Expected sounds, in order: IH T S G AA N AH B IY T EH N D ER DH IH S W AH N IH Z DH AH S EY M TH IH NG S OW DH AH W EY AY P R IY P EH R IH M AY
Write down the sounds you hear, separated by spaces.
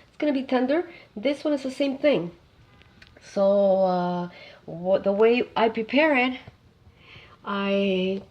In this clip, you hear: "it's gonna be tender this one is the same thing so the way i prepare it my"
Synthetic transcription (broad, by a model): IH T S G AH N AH B IY T EH N D ER DH IH S W AH N IH Z DH AH S EY M TH IH NG S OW DH AH W EY AY P R IY P EH R IH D AY